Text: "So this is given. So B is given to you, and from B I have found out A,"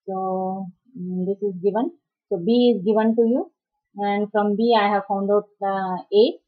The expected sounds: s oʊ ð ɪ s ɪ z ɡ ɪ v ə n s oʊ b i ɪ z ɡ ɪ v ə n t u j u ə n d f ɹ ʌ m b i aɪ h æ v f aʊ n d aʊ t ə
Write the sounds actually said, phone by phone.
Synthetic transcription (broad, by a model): s oʊ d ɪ s ɪ z ɡ ɪ v ə n s oʊ b i ɪ z ɡ ɪ v ə n t u j u ə n d f ɹ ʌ m b i aɪ h æ v f aʊ n d aʊ t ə